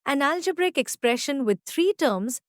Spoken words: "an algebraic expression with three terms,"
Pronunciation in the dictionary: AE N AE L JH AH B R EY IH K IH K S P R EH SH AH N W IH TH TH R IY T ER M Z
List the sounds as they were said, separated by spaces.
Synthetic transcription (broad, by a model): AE N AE L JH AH B R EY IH K IH K S P R EH SH AH N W IH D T R IY T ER M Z